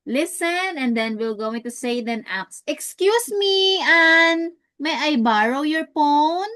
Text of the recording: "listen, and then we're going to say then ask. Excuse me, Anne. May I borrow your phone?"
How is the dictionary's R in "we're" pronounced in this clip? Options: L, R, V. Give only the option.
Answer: L